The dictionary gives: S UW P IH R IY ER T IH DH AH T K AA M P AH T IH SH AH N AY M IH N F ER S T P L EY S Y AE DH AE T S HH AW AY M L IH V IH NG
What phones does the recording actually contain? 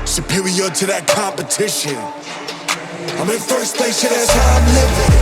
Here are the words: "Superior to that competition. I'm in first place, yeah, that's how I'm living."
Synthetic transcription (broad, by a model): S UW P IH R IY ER T IH DH AH T K AA M P AH T IH SH AH N AY M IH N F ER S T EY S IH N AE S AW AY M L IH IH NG